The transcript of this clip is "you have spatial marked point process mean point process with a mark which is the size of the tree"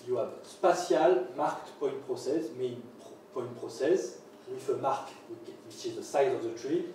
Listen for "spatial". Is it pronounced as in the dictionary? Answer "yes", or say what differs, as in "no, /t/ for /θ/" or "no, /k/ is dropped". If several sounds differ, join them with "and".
no, /s/ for /ʃ/